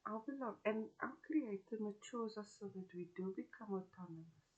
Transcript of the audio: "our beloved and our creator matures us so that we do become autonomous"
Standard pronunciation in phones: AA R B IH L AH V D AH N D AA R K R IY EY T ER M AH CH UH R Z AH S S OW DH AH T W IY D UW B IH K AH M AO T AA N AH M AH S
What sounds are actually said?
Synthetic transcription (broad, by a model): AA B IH L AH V AH N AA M K R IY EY T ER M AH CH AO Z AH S S OW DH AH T W IY D UW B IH K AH M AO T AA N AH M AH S